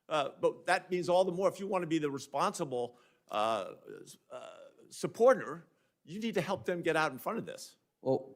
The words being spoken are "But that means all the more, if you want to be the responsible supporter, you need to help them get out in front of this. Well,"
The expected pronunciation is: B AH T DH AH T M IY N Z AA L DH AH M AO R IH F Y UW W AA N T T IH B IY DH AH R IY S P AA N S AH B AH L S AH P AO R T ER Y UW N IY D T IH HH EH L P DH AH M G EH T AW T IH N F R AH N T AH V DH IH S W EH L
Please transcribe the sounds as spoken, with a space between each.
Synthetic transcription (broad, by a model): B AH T DH AH T M IY N Z AA L DH AH M AO R IH F Y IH W AA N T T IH B IY DH AH R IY S P AA N S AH B L S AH P AO R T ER Y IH N IY D T IH HH EH L P DH AH M G EH T AW T N F R AH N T AH V DH IH S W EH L